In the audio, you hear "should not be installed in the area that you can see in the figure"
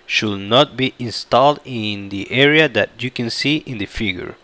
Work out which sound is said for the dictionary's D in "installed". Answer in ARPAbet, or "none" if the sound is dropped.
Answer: D